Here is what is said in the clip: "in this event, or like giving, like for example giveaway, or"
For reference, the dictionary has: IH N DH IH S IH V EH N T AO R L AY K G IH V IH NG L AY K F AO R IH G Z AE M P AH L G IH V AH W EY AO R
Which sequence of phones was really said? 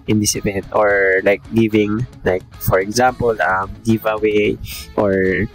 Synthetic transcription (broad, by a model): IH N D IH S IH P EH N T AO R L AY K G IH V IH NG L AY K F AO R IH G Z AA M P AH L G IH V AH W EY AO R